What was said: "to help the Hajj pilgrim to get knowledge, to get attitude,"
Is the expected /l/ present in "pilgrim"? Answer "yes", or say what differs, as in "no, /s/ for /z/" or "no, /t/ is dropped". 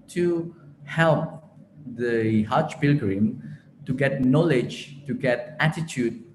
yes